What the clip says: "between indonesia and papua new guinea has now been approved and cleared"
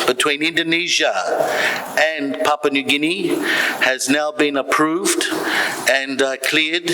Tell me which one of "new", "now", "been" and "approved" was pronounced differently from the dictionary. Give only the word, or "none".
none